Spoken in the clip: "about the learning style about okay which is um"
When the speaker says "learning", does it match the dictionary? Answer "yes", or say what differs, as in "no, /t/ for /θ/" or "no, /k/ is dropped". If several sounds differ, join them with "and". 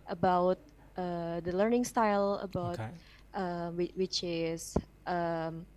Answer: yes